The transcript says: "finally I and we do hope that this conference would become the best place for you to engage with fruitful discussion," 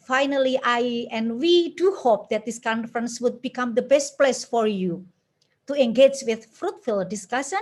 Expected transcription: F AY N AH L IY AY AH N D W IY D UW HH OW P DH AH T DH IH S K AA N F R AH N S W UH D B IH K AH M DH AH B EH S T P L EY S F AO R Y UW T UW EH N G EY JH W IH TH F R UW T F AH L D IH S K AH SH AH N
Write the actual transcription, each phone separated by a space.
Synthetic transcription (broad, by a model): F AY N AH L IY AY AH N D W IY D UW HH OW P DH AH T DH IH S K AA N F R AH N S W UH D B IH K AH M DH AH B EH S T P L EY S F AO R Y UW T UW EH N G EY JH W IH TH F R UW T F AH L D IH S K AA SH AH N